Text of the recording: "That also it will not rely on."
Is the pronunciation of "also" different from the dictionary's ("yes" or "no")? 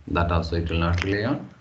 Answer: yes